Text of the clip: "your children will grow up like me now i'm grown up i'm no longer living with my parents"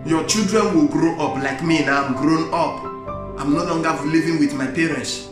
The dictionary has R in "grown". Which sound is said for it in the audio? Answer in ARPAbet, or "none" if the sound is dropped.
R